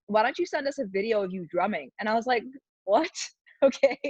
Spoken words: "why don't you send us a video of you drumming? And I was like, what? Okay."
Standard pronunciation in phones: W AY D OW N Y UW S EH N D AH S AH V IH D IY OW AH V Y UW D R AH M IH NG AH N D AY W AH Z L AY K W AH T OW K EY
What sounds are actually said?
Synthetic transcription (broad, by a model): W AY D OW N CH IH S EH N D AH S AH V IH D IY OW AH V Y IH D R AH M IH NG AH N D AY W AH Z L AY K W AH T OW K EY